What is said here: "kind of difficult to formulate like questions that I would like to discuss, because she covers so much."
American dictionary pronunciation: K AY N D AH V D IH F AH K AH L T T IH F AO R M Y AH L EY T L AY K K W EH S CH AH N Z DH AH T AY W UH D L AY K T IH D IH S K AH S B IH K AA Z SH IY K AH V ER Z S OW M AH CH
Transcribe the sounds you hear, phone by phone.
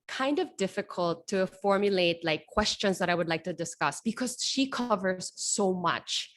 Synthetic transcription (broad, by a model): K AY N D AH V D IH F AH K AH L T T IH F AO R M Y AH L EY T L AY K K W EH S CH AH N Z DH AH T AY W UH D L AY K T IH D IH S K AH S B IH K AA Z SH IY K AH V ER Z S OW M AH CH